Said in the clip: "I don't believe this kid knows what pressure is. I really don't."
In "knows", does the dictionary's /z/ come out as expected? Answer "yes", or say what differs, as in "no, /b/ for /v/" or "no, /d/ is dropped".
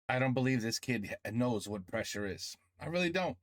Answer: yes